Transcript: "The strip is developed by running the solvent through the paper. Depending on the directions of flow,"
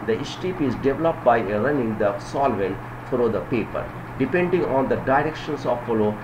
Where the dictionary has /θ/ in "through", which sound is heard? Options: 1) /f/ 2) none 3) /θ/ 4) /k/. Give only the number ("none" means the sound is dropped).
1